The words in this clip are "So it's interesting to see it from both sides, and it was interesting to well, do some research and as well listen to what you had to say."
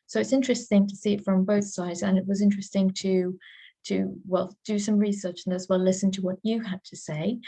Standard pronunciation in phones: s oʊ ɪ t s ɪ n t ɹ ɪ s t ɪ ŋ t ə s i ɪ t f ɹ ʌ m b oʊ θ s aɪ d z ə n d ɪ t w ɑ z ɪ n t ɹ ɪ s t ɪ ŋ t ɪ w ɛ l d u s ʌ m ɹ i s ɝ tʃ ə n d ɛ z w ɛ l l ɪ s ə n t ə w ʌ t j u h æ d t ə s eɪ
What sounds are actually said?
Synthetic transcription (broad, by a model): s oʊ ɪ t s ɪ n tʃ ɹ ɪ s t ɪ ŋ t ə s i ɪ t f ɹ ʌ m b oʊ θ s aɪ d z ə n ɪ t w ɑ z ɪ n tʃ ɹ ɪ s t ɪ ŋ t ɪ w ɛ l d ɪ s ʌ m ɹ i s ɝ tʃ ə n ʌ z w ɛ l l ɪ s ə n t ə w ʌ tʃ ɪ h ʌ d t ə s eɪ